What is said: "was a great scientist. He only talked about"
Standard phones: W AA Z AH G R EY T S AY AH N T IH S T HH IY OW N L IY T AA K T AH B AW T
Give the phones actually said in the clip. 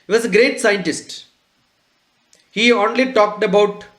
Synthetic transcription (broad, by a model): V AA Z AH G R EY T S AY AH N T IH S T HH IY OW N L IY T AA K T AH B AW T